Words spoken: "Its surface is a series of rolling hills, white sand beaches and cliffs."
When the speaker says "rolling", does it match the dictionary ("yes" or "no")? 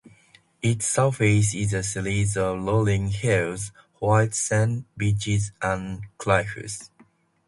no